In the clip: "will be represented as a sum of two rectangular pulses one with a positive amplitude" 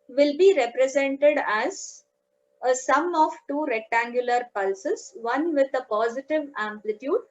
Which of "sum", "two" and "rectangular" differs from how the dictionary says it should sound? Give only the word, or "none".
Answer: none